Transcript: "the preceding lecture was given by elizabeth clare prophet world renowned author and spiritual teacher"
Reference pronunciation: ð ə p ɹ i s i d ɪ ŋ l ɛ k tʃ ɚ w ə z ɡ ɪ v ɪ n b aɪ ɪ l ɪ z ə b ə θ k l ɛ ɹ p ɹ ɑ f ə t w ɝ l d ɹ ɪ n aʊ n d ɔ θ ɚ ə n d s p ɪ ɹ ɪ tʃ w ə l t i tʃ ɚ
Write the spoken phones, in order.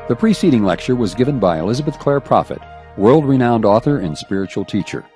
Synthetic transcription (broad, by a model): ð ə p ɹ i s i d ɪ ŋ l ɛ k tʃ ɚ w ə z ɡ ɪ v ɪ n b aɪ ɪ l ɪ z ə b ə θ k l ɛ ɹ p ɹ ɑ f ə t w ɝ l d ɹ ɪ n aʊ n d ɔ θ ɚ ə n s p ɪ ɹ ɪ tʃ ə l t i tʃ ɚ